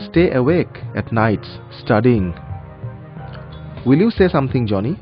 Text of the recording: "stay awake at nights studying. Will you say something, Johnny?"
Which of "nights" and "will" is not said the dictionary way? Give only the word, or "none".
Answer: none